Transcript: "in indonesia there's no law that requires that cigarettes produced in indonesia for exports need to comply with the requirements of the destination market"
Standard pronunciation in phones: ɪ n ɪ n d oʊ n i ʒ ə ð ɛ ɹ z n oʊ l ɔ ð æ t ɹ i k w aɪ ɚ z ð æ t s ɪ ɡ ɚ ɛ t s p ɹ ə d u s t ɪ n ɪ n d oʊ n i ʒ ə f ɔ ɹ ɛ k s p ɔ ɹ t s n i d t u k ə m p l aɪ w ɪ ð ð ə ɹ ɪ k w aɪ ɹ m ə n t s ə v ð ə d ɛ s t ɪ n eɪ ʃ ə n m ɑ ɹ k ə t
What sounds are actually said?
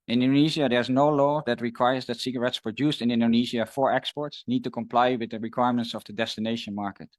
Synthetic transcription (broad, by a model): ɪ n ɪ n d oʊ n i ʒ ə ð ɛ ɹ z n oʊ l ɔ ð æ t ɹ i k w aɪ ɚ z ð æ t s ɪ ɡ ɚ ɛ t s p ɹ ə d u s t ɪ n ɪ n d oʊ n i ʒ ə f ɔ ɹ ɛ k s p ɔ ɹ t s n i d t u k ə m p l aɪ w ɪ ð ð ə ɹ ɪ k w aɪ ɹ m ə n t s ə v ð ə d ɛ s t ɪ n eɪ ʃ ə n m ɑ ɹ k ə t